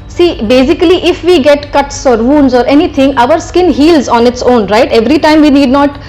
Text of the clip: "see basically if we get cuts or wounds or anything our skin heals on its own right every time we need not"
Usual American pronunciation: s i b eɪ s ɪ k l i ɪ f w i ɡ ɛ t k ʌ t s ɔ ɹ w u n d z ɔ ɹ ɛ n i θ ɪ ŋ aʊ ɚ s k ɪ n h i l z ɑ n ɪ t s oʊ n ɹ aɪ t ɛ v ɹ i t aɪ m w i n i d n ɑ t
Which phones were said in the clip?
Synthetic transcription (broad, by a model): s i b eɪ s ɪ k l i ɪ f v i ɡ ɛ t k ʌ t s ɔ ɹ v u n d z ɔ ɹ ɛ n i t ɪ ŋ aʊ ɚ s k ɪ n h i l z ɑ n ɪ t s oʊ n ɹ aɪ t ɛ v ɹ i t aɪ m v i n i d n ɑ t